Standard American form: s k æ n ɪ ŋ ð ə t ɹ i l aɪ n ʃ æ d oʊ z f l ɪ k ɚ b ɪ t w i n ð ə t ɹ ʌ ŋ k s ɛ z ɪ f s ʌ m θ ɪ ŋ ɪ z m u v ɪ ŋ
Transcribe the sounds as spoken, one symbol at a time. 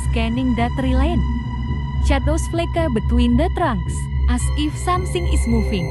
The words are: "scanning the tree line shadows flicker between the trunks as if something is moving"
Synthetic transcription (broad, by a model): s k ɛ n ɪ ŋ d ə t ɹ i l aɪ n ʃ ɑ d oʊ s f l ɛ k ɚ b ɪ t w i n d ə t ɹ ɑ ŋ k s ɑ s ɪ f s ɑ m s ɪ ŋ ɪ s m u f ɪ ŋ